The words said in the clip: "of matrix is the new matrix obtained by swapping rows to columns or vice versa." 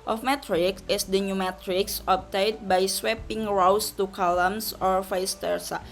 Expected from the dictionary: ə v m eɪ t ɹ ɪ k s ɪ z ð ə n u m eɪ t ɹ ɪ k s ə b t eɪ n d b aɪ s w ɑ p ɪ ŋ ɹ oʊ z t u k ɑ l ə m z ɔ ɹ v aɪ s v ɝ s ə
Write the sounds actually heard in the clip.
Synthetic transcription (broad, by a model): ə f m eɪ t ɹ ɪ k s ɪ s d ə n u m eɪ t ɹ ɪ k s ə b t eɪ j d b aɪ s w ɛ p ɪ ŋ ɹ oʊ s t u k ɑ l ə m s ɔ ɹ f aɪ s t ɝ s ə